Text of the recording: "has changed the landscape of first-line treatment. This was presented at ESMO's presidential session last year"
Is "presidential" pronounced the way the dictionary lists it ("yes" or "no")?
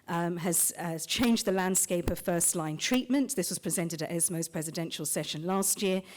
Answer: yes